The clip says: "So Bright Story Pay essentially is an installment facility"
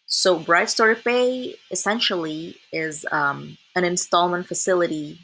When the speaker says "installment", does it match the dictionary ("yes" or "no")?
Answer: yes